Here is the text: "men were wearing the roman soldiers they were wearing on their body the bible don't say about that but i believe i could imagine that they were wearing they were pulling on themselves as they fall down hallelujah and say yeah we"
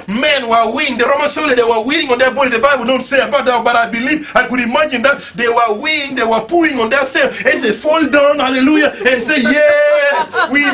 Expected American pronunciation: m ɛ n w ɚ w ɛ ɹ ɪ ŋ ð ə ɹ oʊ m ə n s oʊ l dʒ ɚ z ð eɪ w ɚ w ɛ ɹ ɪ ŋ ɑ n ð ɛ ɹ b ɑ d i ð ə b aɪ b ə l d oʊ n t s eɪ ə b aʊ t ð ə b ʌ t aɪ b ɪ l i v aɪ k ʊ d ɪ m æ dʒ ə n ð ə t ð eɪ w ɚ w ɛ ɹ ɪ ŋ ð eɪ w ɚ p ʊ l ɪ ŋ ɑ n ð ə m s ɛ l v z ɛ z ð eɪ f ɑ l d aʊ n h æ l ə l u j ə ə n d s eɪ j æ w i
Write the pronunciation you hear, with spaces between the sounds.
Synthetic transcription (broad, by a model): m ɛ n w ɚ w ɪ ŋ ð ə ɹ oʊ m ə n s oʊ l ɚ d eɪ w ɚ w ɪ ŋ ɑ n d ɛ b ɑ d i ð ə b aɪ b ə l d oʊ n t s eɪ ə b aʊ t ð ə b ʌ t aɪ b ɪ l i v aɪ k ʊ d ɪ m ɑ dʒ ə n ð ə t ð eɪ w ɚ w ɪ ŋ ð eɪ w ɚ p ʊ ɪ ŋ ɑ n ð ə s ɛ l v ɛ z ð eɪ f ɑ l d aʊ n h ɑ l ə l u j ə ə n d s eɪ j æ w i